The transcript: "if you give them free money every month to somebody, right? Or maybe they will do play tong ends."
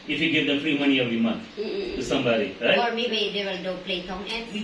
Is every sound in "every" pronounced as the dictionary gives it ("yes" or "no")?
no